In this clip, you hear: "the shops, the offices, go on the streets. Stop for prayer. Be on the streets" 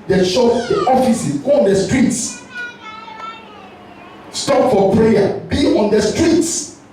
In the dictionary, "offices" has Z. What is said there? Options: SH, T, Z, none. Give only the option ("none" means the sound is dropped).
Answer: none